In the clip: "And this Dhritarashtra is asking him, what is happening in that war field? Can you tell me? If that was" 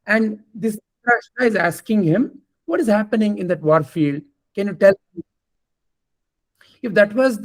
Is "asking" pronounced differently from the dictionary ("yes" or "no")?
no